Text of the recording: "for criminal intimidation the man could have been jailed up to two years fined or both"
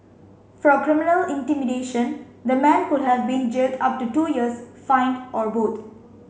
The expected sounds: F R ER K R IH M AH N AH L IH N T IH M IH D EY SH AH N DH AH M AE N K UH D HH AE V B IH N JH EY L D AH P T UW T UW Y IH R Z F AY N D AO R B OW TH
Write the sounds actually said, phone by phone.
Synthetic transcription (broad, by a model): F R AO K R IH M AH N AH L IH N T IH M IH D EY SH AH N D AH M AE N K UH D HH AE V B IH N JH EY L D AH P T UW T UW Y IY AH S F AY N AO R B OW T